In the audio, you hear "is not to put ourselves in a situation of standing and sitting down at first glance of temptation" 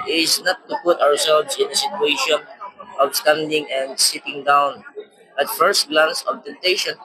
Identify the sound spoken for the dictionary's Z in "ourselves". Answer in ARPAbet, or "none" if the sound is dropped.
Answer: S